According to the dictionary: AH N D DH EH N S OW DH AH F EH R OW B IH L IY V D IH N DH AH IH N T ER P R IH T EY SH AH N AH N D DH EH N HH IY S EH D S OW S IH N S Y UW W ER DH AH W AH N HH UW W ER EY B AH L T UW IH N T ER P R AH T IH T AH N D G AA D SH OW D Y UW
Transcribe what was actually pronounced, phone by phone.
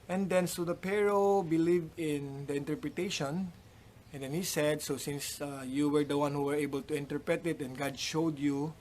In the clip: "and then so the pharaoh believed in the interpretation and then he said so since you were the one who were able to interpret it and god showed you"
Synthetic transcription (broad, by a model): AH N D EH N S OW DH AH P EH R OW B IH L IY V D IH N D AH IH N T ER P R IH T EY SH AH N AH N D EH N HH IY S EH D S OW S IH N S Y UW W ER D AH W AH N HH UW W ER EY B AH L T UW IH N T ER P R AH T IH T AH N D G AA D SH OW D Y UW